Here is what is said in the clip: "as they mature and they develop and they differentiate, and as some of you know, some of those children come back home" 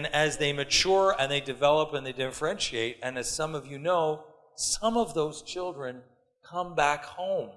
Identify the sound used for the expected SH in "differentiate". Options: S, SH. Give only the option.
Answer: SH